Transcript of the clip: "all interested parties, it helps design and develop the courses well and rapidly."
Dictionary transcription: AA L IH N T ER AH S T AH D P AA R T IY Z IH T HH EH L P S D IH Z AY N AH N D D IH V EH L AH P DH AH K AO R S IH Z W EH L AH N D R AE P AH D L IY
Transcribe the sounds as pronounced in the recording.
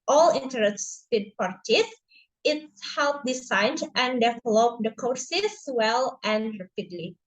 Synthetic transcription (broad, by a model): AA L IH N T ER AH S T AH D P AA R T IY S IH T HH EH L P D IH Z AY N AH N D D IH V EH L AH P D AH K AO R S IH S W EH L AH N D R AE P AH D L IY